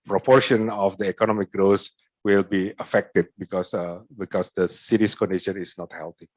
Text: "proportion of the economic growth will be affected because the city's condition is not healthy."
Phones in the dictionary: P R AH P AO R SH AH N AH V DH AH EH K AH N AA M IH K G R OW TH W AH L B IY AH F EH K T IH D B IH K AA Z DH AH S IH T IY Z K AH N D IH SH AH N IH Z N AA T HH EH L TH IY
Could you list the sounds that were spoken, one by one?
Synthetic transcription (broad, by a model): P R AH P AO R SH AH N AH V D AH EH K AH N AA M IH K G R OW S W AH L B IY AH F EH K T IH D B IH K AA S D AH S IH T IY S K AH N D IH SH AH N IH S N AA T HH EH L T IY